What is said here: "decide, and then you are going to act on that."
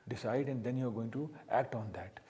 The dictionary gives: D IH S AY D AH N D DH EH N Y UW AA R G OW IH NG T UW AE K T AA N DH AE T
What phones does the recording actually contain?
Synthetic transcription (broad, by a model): D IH S AY D AH N D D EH N Y UW AA R G OW IH NG T UW AE K T AA N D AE T